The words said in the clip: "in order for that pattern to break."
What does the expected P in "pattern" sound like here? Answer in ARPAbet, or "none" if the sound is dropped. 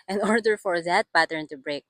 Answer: B